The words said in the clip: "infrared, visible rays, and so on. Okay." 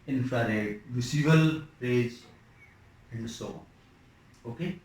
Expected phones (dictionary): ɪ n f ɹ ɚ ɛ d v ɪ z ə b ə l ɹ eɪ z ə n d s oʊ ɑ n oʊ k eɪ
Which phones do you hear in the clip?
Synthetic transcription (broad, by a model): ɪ n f ɹ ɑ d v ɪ s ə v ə l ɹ eɪ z ə n d s oʊ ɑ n oʊ k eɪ